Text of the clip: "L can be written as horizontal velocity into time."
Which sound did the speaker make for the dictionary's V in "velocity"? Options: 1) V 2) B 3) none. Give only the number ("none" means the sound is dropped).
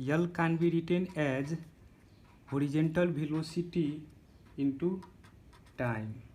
2